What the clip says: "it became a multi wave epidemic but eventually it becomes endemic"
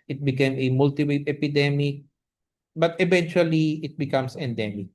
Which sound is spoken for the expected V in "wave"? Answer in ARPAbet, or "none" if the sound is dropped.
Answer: none